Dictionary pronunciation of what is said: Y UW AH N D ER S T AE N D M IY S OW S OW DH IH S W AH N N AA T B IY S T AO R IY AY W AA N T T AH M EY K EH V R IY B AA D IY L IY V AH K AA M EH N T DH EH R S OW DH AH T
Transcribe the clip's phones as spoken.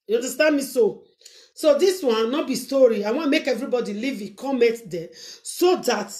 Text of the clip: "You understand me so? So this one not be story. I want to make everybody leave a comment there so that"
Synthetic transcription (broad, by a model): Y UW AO N D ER S T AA N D M IY S OW S OW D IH S W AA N N AA T B IY S T AO R IY AY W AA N M EY K EH V R IY B AA D IY L IY V AH K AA M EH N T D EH S OW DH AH T